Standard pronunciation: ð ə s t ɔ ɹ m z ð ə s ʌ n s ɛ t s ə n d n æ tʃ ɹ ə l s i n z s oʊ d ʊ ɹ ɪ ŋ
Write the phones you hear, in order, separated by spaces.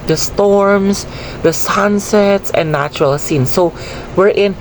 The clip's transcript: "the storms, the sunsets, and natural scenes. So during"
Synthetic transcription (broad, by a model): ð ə s t ɔ ɹ m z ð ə s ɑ n s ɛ t s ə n n æ tʃ ɹ ə l s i n s oʊ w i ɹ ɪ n